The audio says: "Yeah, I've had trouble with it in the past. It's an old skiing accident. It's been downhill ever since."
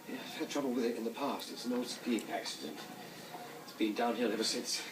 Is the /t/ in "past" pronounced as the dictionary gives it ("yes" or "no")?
yes